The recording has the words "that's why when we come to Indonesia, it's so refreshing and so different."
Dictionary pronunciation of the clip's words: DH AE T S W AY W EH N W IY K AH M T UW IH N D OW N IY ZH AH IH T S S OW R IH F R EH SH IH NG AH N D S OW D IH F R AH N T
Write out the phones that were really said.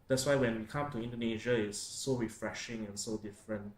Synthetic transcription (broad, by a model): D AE T S W AY W EH N W IY K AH M T UW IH N D OW N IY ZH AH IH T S S OW R IH F R EH SH IH NG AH N S OW D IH F R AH N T